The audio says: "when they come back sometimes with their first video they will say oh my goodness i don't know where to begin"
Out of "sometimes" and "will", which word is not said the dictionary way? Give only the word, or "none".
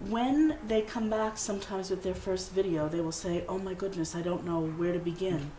none